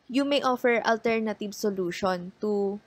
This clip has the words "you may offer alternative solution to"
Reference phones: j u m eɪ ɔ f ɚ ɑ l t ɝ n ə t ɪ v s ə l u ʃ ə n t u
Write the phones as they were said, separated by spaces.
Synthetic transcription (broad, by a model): j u m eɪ ɔ f ɚ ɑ l t ɝ n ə t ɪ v s ə l u ʃ ə n t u